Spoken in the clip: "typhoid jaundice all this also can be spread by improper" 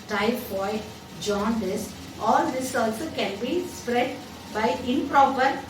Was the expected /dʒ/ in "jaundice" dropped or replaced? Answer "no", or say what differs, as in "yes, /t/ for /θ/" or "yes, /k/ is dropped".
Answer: no